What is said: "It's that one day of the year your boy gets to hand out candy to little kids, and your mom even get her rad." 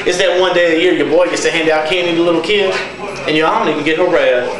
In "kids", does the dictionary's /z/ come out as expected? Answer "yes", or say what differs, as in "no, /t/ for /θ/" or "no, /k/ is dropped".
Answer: no, /z/ is dropped